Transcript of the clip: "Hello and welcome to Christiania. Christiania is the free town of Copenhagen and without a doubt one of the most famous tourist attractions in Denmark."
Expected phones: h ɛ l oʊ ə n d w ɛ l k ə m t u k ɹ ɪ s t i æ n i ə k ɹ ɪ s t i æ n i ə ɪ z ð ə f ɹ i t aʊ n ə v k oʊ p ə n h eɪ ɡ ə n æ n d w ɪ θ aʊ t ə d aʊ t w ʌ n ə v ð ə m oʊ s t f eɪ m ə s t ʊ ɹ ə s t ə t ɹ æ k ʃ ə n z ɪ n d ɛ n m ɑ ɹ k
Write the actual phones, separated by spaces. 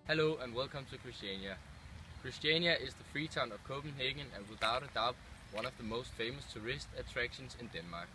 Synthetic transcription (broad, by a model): h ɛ l oʊ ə n w ɛ l k ə m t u k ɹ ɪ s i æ n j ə k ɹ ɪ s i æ n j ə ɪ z ð ə f ɹ i s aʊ n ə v k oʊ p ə n h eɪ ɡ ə n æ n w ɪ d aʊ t ə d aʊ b w ʌ n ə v ð ə m oʊ s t f eɪ m ə s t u ɹ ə s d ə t ɹ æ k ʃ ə n s ɪ n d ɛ n m ɑ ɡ